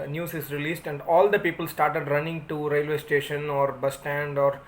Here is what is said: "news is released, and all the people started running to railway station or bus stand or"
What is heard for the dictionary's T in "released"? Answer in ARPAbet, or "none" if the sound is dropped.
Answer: T